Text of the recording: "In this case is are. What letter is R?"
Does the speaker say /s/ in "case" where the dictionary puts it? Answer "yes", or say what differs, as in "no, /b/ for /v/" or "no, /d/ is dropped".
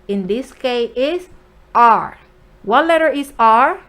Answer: no, /s/ is dropped